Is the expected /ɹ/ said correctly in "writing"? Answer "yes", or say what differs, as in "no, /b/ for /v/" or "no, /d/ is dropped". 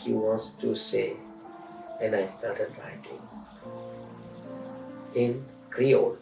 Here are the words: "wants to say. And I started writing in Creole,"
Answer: no, /l/ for /ɹ/